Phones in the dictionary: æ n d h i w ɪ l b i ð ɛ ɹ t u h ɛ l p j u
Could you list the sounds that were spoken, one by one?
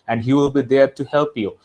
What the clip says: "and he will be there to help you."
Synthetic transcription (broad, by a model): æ n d h i w ɪ l b i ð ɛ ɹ t u h ɛ l p j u